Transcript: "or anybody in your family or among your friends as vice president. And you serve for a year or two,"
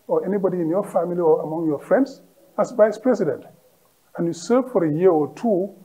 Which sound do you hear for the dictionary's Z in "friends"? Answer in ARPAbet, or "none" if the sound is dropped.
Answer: S